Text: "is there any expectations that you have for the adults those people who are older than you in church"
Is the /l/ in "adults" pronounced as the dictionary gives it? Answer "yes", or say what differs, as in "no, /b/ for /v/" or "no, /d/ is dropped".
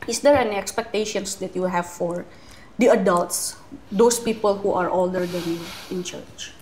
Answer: yes